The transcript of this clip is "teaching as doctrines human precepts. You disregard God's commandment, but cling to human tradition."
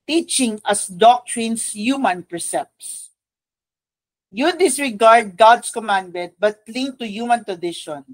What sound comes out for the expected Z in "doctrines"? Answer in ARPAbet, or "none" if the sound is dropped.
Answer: S